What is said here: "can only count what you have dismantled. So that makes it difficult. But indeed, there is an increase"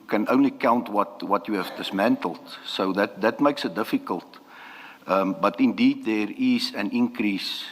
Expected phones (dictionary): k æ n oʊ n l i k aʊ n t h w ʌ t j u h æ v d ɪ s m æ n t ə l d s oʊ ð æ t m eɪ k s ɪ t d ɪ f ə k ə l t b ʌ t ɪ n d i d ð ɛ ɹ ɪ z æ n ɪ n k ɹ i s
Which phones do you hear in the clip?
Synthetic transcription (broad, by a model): k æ n oʊ n l i k aʊ n t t w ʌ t j u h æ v d ɪ s m æ n t ə l d s oʊ ð æ t m eɪ k s ɪ t d ɪ f ə k ə l t b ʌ t ɪ n d i d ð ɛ ɹ ɪ z æ n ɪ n k ɹ i s